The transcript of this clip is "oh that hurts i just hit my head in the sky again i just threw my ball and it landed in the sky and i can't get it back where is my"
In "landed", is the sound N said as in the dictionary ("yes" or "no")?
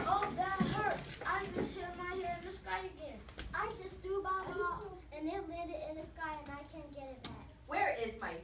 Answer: no